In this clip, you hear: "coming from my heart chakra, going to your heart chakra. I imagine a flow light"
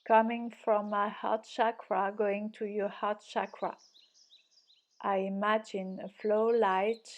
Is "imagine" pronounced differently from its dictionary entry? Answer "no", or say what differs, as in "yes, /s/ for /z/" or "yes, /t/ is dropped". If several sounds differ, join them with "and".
no